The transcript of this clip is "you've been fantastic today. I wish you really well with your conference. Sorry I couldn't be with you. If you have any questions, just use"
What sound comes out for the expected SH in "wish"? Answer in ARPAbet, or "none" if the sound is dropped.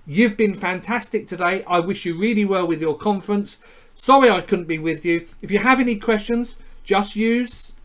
SH